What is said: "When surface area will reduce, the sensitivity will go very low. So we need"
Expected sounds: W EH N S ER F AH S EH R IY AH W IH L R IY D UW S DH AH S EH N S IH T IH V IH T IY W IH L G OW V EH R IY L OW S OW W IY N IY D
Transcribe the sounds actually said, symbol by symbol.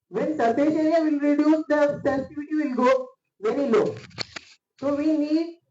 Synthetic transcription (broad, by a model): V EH N S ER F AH SH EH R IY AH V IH L R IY D UW S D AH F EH S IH T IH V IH T IY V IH L G OW V EH R IY L OW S OW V IY N IY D